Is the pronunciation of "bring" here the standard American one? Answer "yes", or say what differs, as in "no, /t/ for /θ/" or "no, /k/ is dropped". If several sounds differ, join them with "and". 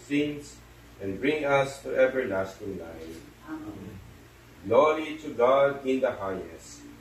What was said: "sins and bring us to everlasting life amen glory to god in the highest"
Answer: yes